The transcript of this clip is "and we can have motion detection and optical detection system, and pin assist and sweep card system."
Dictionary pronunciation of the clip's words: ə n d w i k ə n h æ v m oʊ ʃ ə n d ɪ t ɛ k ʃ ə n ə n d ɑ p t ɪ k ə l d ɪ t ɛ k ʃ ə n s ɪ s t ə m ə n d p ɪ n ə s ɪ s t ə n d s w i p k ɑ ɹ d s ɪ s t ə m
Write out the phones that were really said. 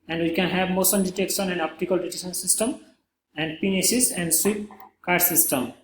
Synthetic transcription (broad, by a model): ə n d w i k ə n h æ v m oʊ s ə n d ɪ t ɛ k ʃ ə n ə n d ɑ p t ɪ k ə l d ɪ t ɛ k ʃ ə n s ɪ s t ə m ə n d p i n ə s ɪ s ə n d s w i p k ɑ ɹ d s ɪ s t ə m